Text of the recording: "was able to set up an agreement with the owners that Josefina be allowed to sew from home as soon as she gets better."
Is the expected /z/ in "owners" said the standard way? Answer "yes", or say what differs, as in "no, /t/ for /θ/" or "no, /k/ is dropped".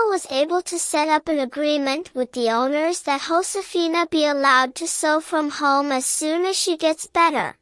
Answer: yes